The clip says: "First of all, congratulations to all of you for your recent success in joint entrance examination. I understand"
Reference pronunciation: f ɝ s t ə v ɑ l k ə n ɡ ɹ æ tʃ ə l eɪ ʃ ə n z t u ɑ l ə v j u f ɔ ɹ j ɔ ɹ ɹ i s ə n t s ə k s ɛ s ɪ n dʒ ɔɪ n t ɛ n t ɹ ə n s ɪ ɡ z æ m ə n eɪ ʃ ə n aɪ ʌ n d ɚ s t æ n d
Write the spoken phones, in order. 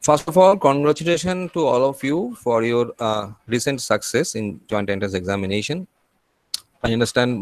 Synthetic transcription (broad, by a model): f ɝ s t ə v ɑ l k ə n ɡ ɹ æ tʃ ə l eɪ ʃ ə n t u ɑ l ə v j u f ɔ ɹ j ɔ ɹ ɹ i s ə n t s ə k s ɛ s ɪ n dʒ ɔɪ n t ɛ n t ə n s ɪ ɡ z æ m ə n eɪ ʃ ə n aɪ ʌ n d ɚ s t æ n d